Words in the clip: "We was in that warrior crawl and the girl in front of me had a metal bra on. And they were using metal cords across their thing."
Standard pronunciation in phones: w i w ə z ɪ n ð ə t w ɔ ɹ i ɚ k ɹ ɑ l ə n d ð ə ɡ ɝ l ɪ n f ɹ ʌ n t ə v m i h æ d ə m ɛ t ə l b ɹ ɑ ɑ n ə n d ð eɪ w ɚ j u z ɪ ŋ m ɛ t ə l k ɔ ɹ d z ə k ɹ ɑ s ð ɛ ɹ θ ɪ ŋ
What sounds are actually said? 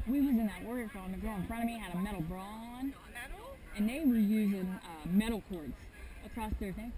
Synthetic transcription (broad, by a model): w i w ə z ɪ n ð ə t w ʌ ɹ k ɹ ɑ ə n ð ə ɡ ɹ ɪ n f ɹ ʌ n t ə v m i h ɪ d ə m ɛ t l b ɹ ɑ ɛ l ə n ð eɪ w ɚ j u z ɪ ŋ m ɛ t l k ɔ ɹ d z ə k ɹ ɑ s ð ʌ ɹ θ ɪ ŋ